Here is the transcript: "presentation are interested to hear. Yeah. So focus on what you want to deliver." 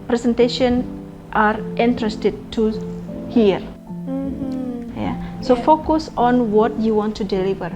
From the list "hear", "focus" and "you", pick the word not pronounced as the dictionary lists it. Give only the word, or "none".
none